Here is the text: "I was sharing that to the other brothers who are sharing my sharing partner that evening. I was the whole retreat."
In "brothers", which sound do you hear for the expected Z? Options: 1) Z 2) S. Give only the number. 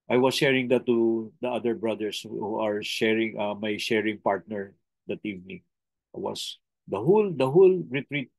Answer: 2